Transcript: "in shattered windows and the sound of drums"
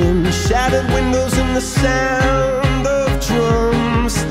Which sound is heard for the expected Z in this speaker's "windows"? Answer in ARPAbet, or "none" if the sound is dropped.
Z